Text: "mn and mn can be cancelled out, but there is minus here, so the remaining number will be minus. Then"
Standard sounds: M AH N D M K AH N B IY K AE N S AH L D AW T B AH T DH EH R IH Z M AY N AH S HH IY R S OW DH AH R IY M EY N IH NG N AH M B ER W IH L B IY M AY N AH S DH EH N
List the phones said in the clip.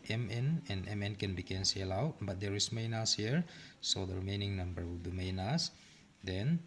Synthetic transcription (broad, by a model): M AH N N M K AH N B IY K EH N S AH L AW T B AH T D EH R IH S M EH N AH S HH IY R S OW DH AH R IY M EY N IH NG N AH M B ER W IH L B IY M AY N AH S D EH N